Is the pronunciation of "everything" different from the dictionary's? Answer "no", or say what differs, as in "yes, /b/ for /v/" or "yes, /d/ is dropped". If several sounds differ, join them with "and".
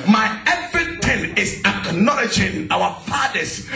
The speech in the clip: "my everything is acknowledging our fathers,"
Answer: yes, /t/ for /θ/